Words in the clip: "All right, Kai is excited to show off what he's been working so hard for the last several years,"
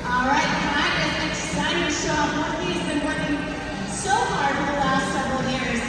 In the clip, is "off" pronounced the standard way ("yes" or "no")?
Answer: no